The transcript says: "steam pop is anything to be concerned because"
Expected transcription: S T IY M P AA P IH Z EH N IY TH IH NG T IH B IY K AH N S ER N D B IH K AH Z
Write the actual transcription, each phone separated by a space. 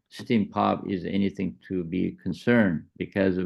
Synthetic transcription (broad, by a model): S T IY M P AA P IH Z EH N IY TH IH NG T IH B IY K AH N S ER N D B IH K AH Z